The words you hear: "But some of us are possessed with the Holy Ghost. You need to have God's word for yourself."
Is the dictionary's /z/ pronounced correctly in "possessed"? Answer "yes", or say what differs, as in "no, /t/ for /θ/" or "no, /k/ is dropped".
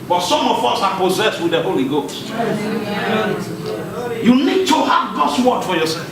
yes